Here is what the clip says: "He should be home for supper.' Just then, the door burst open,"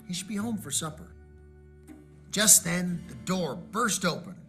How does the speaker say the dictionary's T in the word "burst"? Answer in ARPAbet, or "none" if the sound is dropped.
T